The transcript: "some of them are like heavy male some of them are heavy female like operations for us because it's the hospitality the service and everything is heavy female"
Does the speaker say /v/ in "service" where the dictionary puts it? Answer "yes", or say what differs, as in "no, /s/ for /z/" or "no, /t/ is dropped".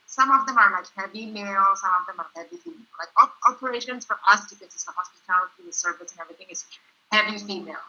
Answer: yes